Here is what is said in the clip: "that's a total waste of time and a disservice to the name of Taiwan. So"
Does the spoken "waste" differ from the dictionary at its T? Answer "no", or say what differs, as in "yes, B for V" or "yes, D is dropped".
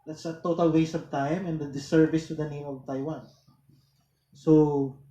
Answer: yes, T is dropped